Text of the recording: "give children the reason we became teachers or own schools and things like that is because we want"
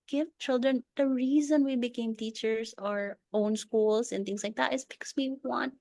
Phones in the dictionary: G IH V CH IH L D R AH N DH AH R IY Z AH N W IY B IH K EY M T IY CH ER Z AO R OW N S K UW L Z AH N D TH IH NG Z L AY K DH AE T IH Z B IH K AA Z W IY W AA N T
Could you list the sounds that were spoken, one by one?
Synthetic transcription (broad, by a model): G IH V CH IH L D R AH N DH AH R IY Z AH N W IY B IH K EY M T IY CH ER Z AO R OW N S K UW L S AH N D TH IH NG S L AY K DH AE T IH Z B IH K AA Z W IY W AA N T